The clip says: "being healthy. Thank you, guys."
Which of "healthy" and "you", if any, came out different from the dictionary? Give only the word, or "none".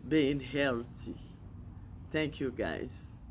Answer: healthy